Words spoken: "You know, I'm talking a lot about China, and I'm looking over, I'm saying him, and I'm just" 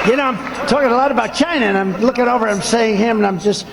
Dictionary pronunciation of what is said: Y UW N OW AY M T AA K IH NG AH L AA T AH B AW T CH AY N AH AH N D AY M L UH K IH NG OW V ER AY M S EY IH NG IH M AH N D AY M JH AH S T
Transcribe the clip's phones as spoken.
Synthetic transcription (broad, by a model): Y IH N OW AY M T AA K IH NG AH L AA T AH B AW T CH AY N AH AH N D AY M L UH K IH NG OW V ER AY M S EY IH NG IH M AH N AY M JH AH S T